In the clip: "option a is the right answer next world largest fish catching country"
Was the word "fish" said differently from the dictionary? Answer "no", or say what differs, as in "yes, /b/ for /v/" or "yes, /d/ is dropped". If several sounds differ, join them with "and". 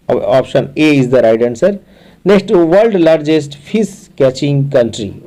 yes, /p/ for /f/ and /s/ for /ʃ/